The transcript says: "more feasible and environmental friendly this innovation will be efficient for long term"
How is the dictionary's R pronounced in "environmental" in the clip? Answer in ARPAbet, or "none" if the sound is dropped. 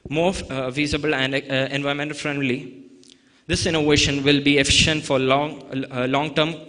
none